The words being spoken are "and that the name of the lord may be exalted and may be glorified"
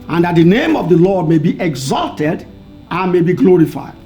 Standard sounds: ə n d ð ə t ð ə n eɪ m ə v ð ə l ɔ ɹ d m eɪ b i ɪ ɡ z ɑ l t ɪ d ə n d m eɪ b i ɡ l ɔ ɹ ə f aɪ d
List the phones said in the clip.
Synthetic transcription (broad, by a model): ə n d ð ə t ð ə n eɪ m ə v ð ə l ɔ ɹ d m eɪ b i ɪ ɡ z ɑ l t ɪ d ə n m eɪ b i ɡ l ɔ ɹ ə f aɪ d